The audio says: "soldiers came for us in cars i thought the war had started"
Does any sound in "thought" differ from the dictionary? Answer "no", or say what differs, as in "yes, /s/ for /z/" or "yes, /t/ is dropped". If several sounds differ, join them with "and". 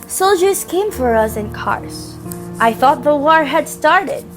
no